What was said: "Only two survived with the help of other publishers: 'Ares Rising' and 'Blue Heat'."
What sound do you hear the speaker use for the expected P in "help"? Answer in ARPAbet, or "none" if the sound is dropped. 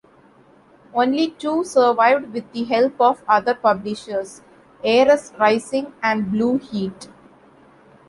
P